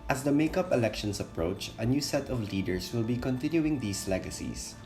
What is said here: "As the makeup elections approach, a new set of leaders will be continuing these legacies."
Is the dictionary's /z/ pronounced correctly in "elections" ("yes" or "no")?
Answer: no